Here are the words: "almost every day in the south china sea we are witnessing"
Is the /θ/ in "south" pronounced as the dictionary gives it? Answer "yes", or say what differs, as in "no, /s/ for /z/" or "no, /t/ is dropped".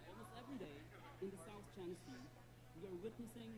yes